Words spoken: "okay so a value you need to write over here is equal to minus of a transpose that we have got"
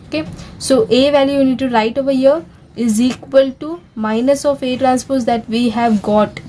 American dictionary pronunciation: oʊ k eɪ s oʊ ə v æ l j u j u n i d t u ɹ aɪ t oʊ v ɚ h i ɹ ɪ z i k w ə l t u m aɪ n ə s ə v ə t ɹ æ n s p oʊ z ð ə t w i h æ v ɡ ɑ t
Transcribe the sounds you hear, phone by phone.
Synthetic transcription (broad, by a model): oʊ k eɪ s oʊ ə v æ l j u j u n i d t u ɹ aɪ t oʊ v ɚ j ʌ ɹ ɪ z i k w ə l t u m aɪ n ə s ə f ə t ɹ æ n s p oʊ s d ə t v i h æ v ɡ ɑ t